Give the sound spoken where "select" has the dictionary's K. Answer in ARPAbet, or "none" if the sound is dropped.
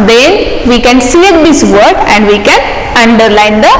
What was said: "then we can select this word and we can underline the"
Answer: none